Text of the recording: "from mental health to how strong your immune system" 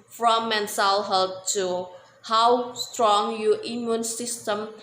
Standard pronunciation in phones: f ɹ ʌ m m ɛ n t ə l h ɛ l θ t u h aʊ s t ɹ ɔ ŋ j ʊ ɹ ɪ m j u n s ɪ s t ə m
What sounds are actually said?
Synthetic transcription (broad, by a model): f ɹ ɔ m m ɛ n s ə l h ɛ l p t u h aʊ s t ɹ ɔ ŋ j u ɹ ɪ m j u n s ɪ s t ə m